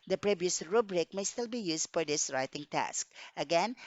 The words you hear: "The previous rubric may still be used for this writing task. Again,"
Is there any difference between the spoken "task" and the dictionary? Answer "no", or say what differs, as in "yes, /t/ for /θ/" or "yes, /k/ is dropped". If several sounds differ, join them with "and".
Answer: no